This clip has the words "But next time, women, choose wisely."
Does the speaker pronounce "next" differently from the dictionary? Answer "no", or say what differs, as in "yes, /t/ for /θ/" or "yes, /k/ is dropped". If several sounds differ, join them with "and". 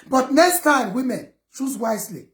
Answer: no